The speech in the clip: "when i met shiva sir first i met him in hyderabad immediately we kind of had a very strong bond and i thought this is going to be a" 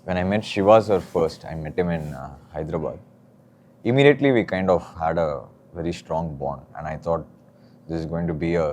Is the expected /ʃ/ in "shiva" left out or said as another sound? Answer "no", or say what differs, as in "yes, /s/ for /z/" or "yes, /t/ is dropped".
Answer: no